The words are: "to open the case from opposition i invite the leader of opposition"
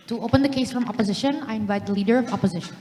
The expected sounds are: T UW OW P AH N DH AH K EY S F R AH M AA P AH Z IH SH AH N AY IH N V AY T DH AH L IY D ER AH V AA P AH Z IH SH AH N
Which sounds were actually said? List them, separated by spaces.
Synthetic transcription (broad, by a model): T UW OW P AH N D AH K EY S F R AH M AA P AH Z IH SH AH N AY IH N V AY T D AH L IY D ER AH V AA P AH Z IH SH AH N